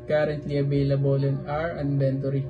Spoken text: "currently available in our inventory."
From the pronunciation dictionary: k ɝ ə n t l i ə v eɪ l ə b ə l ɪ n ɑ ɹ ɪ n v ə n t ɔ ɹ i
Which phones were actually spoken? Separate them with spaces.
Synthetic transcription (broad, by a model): k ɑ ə n t l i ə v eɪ l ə b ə l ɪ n ɑ ɹ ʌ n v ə n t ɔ ɹ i